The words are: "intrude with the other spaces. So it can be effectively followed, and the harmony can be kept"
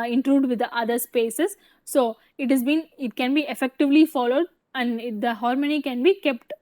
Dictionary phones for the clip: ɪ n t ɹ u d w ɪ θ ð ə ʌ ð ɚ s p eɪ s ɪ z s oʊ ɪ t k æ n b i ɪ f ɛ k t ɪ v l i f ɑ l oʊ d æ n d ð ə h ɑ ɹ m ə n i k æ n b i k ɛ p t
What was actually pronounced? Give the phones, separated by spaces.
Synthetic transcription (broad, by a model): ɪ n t ɹ u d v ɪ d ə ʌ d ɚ s p eɪ s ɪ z s oʊ ɪ t k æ n b i ɪ f ɛ k t ɪ v l i f ɑ l oʊ d æ n d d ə h ɑ ɹ m ə n i k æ n b i k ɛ p t